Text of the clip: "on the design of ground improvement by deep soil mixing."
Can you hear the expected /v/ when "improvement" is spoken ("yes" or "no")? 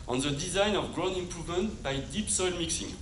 yes